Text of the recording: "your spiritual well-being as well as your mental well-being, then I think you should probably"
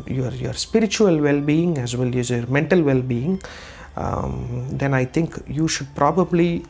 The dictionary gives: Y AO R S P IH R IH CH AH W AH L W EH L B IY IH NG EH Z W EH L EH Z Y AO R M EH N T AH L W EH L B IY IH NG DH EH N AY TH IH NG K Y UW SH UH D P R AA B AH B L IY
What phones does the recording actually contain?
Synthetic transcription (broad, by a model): Y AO R S P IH R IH CH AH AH L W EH L B IY IH NG EH Z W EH L EH Z Y AO R M EH N T AH L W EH L B IY IH NG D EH N AY T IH NG K Y UW SH UH D P R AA B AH B L IY